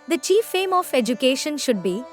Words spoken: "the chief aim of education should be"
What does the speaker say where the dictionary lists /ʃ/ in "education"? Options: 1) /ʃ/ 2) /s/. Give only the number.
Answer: 1